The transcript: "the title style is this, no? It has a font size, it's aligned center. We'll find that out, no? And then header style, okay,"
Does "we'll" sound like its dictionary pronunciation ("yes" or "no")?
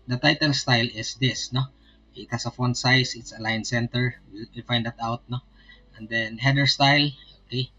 no